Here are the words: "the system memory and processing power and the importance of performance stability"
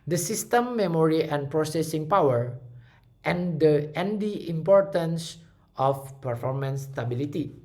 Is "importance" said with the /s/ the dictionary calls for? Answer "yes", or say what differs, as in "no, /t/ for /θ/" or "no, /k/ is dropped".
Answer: yes